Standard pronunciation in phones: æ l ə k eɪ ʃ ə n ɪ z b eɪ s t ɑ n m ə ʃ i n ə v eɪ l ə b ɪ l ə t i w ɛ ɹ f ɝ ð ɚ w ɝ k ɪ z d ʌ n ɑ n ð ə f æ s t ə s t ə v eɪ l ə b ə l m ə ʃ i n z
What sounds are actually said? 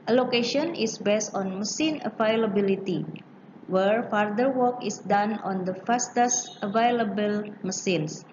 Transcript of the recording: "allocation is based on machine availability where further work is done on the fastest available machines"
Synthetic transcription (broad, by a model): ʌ l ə k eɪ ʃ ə n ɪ s b eɪ s t ɑ n m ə s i n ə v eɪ l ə b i l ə t i w ɛ ɹ f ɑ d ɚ w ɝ k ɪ s d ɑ n ɑ n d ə f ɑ s t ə s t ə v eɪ l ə b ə l m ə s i n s